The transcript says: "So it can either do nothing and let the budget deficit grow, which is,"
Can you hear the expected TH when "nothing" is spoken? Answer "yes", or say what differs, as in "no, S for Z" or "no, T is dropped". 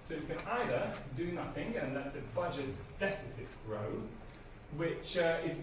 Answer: yes